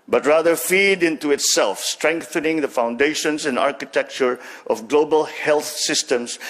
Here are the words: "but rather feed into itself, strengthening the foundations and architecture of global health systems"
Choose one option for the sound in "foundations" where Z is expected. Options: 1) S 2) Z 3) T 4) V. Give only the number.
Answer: 1